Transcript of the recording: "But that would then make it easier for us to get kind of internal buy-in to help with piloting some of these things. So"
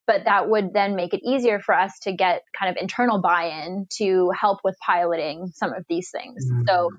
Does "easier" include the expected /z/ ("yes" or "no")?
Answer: yes